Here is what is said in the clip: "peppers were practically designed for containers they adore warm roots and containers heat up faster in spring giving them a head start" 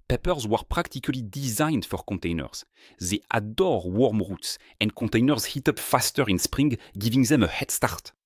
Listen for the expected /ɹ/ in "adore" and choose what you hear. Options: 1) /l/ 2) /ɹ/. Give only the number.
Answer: 2